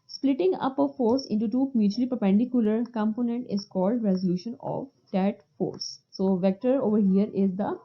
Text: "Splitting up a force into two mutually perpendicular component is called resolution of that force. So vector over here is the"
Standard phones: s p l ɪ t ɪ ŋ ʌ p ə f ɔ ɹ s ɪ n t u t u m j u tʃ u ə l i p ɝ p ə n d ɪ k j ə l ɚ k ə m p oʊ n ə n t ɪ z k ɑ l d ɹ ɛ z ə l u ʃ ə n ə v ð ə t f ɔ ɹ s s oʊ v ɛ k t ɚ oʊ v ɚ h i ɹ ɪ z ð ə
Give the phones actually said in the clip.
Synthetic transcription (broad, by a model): s p l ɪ t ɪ ŋ ʌ p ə f ɔ ɹ s ɪ n t u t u m j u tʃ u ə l i p ɝ p ə n d ɪ k j ə l ɚ k ə m p oʊ n ə n t ɪ z k ɑ l d ɹ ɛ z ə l u ʃ ə n ə v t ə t f ɔ ɹ s s oʊ v ɛ k t ɚ oʊ v ɚ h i ɹ ɪ z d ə